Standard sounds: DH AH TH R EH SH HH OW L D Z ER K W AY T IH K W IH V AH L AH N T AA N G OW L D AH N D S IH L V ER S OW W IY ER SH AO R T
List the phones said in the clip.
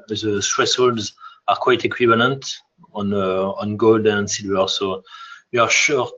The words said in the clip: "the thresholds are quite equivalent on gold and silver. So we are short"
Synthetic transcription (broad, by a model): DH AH T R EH S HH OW L D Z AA K W AY T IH K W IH V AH L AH N T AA N G OW L D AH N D S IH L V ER S OW W IY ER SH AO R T